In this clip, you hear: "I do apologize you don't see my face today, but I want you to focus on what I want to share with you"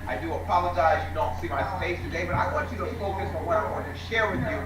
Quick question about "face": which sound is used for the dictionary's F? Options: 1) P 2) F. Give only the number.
1